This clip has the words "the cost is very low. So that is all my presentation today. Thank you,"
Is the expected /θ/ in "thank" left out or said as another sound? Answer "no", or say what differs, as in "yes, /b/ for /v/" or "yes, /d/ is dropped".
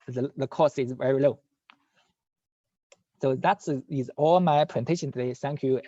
yes, /s/ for /θ/